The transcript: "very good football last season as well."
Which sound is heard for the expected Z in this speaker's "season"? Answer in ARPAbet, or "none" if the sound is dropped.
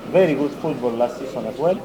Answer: S